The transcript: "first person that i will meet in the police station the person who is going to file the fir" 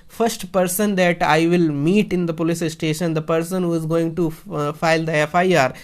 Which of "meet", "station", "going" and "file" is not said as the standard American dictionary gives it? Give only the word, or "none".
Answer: none